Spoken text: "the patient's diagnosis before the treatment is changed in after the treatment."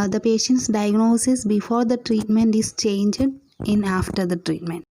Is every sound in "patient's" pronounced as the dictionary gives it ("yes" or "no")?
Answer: yes